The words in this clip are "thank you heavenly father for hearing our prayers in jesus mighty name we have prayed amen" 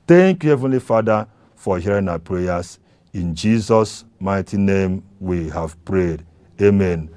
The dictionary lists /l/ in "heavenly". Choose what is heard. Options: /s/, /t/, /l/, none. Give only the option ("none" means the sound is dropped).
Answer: /l/